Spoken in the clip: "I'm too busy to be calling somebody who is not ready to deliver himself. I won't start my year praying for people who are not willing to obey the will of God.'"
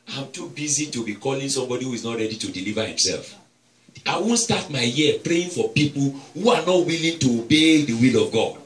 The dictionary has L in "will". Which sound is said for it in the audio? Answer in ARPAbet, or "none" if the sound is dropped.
L